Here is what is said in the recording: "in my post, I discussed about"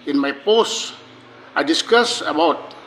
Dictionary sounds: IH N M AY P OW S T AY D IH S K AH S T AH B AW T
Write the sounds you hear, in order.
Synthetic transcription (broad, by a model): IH N M AY P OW S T AY D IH S K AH S AH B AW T